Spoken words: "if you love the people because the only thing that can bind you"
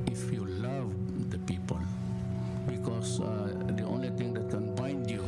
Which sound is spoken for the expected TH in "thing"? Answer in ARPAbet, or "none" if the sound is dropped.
T